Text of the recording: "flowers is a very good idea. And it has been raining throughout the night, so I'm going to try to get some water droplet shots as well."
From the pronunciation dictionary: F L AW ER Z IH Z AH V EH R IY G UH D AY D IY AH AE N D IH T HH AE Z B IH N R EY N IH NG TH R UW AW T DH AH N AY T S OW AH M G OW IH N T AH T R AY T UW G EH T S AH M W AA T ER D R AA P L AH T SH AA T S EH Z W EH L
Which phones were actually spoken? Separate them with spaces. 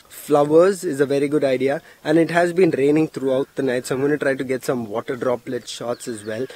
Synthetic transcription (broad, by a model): F L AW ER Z IH Z AH V EH R IY G UH D AY D IY AH AE N D IH T HH AE Z B IH N R EY N IH NG T R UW AW T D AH N AY T S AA AH M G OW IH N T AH T R AY T UW G EH T S AH M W AA T ER D R AA P L AH T SH AA T S EH Z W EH L